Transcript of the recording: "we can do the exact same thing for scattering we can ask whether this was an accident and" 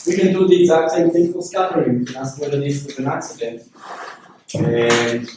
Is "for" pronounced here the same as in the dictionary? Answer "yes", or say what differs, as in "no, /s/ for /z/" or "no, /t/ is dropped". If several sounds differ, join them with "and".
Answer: no, /l/ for /ɹ/